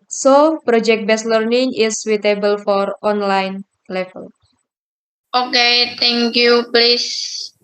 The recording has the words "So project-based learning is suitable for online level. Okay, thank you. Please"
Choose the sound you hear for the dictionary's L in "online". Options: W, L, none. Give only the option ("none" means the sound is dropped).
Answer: L